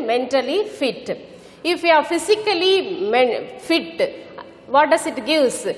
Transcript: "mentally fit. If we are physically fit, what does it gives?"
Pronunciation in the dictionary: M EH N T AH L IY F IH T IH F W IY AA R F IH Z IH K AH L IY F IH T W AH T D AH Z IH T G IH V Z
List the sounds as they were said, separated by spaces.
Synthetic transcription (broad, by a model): M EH N T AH L IY F IH T IH F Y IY AA R F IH S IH K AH L IY F IH T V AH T D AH S IH T G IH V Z